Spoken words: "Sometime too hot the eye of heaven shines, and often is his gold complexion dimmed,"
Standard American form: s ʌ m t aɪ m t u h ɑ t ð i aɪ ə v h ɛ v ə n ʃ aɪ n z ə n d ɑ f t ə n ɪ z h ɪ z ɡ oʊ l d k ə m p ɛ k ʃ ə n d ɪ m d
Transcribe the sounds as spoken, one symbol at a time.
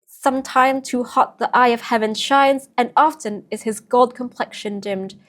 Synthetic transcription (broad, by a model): s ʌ m t aɪ m t u h ɑ t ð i aɪ ə v h ɛ v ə n ʃ aɪ n z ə n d ɑ f t ə n ɪ z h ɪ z ɡ oʊ l d k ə m p ɛ k ʃ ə n d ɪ m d